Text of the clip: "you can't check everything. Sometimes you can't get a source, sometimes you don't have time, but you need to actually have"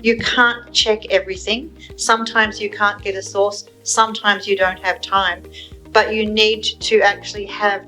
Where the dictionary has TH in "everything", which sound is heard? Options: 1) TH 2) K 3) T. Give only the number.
1